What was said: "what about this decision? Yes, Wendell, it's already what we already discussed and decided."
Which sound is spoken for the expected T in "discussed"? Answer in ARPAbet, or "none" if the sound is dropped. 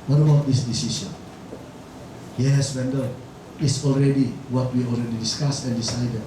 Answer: none